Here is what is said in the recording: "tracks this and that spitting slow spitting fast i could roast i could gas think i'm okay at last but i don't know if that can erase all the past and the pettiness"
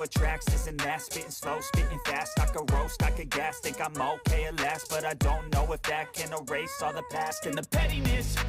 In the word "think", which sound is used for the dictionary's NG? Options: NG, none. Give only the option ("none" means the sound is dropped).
none